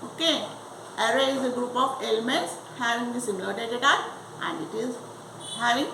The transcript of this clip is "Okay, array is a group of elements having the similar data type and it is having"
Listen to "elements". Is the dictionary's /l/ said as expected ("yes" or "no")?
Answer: yes